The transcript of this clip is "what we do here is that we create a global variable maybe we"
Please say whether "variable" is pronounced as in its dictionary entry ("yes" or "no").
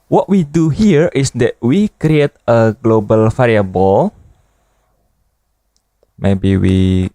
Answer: no